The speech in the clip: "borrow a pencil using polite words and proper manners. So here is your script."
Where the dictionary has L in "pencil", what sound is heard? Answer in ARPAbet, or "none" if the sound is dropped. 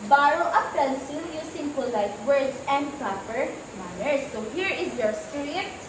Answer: N